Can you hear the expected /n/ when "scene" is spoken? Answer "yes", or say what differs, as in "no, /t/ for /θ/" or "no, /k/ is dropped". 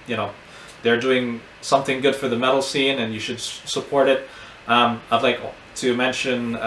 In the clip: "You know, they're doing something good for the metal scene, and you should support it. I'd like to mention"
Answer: yes